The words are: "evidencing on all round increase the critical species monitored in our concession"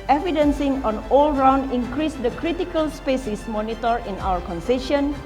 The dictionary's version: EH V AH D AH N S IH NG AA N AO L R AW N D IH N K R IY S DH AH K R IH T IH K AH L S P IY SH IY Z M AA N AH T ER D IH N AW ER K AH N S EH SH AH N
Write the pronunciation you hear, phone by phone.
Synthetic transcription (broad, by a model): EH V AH D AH N S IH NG AA N AO L R AW N D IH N K R IY S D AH K R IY T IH K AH L S P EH S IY S M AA N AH T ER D IH N AW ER K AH N S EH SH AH N